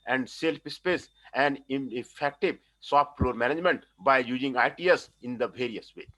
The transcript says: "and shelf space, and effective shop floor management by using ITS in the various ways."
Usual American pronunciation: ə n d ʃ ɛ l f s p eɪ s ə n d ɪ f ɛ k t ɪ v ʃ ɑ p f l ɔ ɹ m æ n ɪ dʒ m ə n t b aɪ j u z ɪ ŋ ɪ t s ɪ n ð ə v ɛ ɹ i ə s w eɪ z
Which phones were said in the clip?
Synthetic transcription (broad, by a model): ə n d s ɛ l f s p eɪ s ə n d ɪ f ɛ k t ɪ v s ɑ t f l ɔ ɹ m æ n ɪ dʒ m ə n t b aɪ j u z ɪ ŋ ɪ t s ɪ n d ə v ɛ ɹ i ə s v eɪ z